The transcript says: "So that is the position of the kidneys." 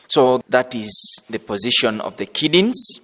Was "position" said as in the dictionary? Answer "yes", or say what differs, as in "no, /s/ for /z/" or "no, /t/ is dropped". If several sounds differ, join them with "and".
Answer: yes